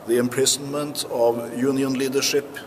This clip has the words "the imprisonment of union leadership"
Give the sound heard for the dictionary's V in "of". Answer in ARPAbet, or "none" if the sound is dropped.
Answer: V